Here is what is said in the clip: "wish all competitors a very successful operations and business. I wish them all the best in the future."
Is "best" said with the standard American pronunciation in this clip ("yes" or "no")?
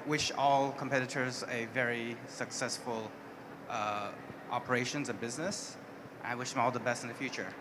yes